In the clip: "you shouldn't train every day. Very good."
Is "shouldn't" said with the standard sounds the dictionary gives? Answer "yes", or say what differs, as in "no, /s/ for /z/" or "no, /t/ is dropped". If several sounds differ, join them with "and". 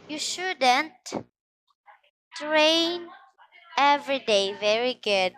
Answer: yes